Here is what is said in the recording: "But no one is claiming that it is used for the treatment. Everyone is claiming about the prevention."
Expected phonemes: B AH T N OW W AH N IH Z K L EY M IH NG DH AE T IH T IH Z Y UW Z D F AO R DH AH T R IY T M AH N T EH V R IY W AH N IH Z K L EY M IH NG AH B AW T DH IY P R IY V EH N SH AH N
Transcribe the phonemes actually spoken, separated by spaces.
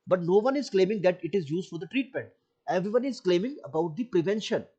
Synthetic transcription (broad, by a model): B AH T N OW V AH N IH Z K L EY M IH NG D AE T IH T IH Z Y UW Z D F AO R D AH T R IY T M AH N T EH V R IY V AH N IH Z K L EY M IH NG AH B AW T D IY P R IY V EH N SH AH N